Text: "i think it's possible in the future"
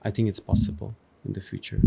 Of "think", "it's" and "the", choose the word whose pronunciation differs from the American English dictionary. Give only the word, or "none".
none